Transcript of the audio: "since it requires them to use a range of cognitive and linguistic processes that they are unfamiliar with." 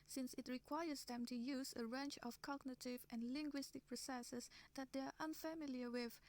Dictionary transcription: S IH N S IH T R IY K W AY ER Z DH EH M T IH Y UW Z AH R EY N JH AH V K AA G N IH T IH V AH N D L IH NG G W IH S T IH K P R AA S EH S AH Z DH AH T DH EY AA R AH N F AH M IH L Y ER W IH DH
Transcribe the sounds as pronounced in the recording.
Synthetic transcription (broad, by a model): S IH N S IH T R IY K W AY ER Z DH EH M T IH Y UW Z AH R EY N CH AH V K AA G N IH T IH V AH N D L IH NG G W IH S T IH K P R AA S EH S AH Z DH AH T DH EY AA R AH N F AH M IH L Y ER W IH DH